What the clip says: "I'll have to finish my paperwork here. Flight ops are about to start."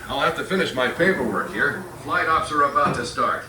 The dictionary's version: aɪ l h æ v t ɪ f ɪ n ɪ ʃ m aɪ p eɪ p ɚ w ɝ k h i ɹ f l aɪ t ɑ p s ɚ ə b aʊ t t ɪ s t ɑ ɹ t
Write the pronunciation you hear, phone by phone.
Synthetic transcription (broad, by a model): aɪ l h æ f t ɪ f ɪ n ɪ ʃ m aɪ f eɪ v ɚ w ɝ k h i ɹ f l aɪ t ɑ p s ɚ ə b aʊ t t ɪ s t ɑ ɹ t